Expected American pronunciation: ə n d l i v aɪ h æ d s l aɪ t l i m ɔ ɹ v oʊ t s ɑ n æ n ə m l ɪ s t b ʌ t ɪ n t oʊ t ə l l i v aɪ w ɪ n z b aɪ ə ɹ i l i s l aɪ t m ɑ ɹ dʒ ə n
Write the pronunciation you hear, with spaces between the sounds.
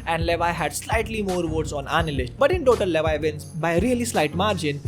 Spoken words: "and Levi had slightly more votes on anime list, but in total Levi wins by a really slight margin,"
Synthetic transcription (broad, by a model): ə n d l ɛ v aɪ h æ d s l aɪ t l i m ɔ ɹ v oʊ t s ɑ n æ n l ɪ ʃ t b ʌ t ɪ n t oʊ t ə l l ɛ v aɪ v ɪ n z b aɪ ə ɹ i l i s l aɪ t m ɑ ɹ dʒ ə n